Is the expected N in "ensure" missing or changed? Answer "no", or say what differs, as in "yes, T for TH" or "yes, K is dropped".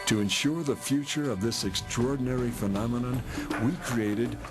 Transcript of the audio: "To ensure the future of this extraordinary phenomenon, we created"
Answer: no